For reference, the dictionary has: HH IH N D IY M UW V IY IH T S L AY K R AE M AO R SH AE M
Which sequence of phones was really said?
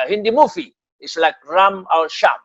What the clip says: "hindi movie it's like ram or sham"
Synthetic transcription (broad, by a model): HH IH N D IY M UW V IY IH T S L AY K R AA M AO L SH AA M